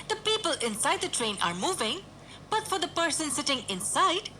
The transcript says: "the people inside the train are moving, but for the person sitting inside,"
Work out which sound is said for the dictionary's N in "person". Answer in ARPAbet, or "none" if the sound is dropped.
N